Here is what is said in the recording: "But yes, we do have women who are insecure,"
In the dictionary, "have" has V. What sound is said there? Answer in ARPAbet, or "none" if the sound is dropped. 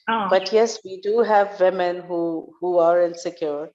V